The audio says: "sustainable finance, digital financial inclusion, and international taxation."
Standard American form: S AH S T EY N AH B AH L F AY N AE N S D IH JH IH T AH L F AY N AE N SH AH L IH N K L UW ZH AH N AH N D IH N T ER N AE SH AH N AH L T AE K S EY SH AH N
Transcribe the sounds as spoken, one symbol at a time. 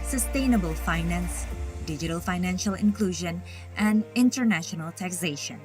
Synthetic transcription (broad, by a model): S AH S T EY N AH B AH L F AY N AE N S D IH JH IH T AH L F AY N AE N SH AH L IH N K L UW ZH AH N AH N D IH N T ER N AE SH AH N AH L T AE K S EY SH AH N